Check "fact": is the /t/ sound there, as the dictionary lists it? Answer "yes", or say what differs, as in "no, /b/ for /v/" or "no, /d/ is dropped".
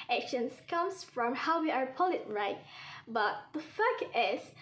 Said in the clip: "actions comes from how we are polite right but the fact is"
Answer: no, /t/ is dropped